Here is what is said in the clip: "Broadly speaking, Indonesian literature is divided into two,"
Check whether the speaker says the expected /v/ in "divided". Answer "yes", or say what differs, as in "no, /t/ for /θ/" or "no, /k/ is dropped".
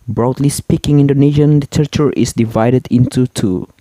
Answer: yes